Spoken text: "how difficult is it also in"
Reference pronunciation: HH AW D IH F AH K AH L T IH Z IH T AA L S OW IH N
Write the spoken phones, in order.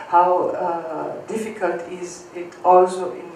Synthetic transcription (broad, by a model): HH AW D IH F AH K AH L T IH Z IH T AA L S OW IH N